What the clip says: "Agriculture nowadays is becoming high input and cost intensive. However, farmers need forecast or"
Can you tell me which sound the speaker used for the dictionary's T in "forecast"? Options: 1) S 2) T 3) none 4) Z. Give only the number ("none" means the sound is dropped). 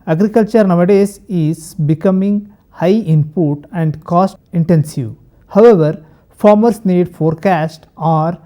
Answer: 2